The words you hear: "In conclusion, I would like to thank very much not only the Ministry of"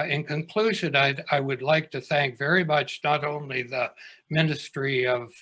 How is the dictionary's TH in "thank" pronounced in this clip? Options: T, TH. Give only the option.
TH